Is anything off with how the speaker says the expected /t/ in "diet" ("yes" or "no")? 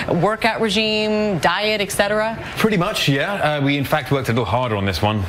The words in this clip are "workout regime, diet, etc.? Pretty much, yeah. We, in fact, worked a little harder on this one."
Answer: no